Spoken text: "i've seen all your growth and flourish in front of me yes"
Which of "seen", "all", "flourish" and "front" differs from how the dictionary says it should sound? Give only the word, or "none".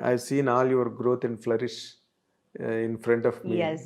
none